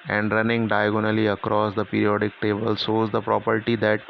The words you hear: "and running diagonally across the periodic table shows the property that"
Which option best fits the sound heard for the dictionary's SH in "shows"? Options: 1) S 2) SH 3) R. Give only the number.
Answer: 1